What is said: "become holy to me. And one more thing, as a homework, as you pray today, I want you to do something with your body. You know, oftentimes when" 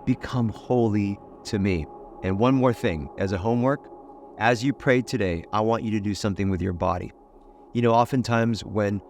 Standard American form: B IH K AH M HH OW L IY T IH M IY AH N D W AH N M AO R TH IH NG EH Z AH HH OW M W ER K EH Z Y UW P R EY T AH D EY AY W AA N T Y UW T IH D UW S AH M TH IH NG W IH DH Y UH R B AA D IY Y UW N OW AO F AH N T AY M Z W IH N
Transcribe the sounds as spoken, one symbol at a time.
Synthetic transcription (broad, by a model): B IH K AH M HH OW L IY T IH M IY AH N W AH N M AO R TH IH NG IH Z AH HH OW M W ER K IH Z Y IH P R EY T AH D EY AY W AA N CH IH T IH D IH S AH M TH IH NG W IH DH Y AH R B AA D IY Y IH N OW AO F AH N T AY M Z W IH N